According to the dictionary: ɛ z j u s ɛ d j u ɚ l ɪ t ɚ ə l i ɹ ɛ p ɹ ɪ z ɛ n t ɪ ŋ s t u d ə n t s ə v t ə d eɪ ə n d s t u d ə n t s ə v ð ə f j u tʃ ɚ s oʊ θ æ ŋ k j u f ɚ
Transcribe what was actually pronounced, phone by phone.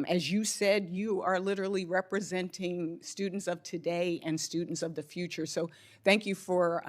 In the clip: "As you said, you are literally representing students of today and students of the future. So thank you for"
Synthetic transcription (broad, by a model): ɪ z j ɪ s ɛ d j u ɚ l ɪ t ɚ l i ɹ ɛ p ɹ ɪ z ɛ n t ɪ ŋ s t u d n t s ə v t ə d eɪ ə n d s t u d n t s ə v ð ə f j u tʃ ɚ s oʊ θ æ ŋ k j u f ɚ